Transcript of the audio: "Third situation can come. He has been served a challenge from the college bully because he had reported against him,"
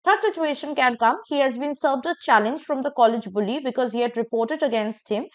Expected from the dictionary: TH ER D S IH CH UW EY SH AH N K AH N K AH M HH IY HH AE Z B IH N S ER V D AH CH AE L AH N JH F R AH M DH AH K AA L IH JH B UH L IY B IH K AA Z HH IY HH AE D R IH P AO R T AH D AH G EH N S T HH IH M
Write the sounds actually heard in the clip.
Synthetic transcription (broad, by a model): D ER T S IH CH UW EY SH AH N K AH N K AH M HH IY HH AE Z B IH N S ER V D AH CH AE L AH N JH F R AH M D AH K AA L IH JH B UH L IY B IH K AA Z HH IY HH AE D R IH P AO R T AH D AH G EH N S T HH IH M